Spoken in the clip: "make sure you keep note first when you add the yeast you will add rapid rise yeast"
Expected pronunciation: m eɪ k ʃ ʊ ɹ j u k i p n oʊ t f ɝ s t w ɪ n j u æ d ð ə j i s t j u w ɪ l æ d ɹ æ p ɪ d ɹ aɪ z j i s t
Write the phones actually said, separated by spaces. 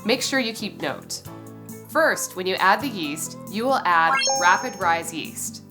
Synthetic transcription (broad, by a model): m eɪ k ʃ ʊ ɹ j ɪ k i p n oʊ t f ɝ s t w ɪ n j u æ d ð ə j i s t j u w ɪ l æ d ɹ æ p ɪ d ɹ aɪ z j i s t